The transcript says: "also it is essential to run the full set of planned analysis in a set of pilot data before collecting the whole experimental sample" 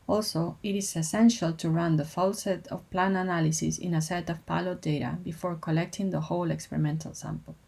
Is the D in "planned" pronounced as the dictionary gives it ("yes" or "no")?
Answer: no